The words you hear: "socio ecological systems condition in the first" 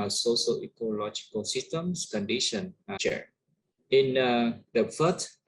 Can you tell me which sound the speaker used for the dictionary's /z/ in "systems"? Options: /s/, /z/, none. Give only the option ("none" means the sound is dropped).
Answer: /s/